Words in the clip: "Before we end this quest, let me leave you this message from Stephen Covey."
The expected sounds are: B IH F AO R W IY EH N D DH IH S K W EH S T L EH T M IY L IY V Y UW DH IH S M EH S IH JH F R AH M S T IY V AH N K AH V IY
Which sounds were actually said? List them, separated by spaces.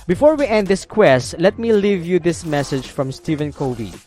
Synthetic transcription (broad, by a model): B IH F AO R W IY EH N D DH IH S K W EH S T L EH T M IY L IY V Y UW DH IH S M EH S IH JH F R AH M S T IY V AH N K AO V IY